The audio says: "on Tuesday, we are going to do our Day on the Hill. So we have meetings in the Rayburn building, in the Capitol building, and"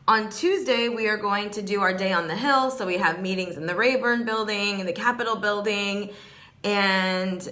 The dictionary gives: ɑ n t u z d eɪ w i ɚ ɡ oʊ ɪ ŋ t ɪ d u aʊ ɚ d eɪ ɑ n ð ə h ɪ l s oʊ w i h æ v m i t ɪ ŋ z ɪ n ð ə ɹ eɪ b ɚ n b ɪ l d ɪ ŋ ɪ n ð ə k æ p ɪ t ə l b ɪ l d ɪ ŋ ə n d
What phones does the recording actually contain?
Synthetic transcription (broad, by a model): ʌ n t u z d eɪ w i ɚ ɡ oʊ ɪ ŋ t ɪ d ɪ aʊ ɚ d eɪ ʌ n ð ə h ɪ l s oʊ w i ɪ v m i t ɪ ŋ z ɪ n ð ə ɹ eɪ b ɚ n b ɪ l d ɪ ŋ ɪ n ð ə k æ p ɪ t l b ɪ l d ɪ ŋ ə n